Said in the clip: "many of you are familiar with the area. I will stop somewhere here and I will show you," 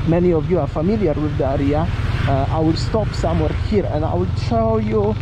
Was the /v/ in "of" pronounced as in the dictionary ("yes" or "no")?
yes